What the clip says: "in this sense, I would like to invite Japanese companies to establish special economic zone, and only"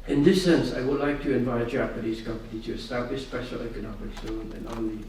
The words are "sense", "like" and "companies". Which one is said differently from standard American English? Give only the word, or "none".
companies